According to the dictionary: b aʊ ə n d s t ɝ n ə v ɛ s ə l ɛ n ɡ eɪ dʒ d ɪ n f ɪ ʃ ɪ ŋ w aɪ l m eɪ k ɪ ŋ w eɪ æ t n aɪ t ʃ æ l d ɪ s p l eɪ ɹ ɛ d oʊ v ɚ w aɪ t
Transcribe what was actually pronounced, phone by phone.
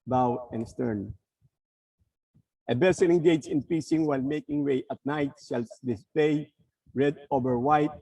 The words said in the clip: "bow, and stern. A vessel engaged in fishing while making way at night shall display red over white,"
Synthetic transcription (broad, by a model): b aʊ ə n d s t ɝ n ə b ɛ s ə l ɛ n ɡ eɪ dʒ ɪ n p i s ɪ ŋ w aɪ l m eɪ k ɪ ŋ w eɪ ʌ t n aɪ t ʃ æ l d ɪ s p l eɪ ɹ ɛ d oʊ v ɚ w aɪ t